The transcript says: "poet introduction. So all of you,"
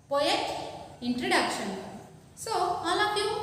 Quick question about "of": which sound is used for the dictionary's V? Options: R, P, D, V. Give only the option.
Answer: P